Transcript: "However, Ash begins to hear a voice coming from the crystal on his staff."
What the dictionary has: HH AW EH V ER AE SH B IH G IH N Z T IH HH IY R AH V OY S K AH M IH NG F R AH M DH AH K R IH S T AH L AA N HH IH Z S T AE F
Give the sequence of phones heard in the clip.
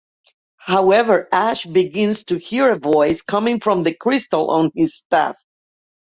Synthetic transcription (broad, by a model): HH AW EH V ER AE SH B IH G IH N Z T IH HH IY R AH V OY S K AH M IH NG F R AH M DH AH K R IH S T AH L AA N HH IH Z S T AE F